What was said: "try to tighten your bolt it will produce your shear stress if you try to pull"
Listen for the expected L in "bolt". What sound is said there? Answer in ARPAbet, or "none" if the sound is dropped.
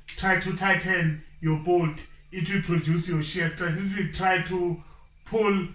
none